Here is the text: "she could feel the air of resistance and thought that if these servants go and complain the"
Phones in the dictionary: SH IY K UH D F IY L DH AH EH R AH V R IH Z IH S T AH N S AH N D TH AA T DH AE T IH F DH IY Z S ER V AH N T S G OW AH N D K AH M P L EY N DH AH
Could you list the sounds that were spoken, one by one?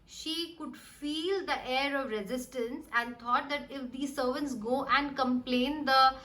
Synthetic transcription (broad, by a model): SH IY K UH D F IY L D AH EH R AH V R IH Z IH S T AH N S AH N D T AA T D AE T IH F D IY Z S ER V AH N T S G OW AH N D K AH M P L EY N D AH